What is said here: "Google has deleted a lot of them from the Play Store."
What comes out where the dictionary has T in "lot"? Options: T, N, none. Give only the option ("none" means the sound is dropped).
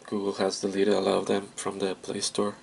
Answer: none